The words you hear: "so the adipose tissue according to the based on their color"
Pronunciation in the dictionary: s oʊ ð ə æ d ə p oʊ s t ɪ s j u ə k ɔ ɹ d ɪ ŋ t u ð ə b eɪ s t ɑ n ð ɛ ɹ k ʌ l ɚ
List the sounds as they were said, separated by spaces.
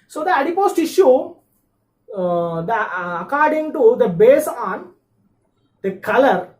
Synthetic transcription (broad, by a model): s oʊ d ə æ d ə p oʊ s t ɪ ʃ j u ə k ɔ ɹ d ɪ ŋ t u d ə b eɪ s ɑ n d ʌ k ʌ l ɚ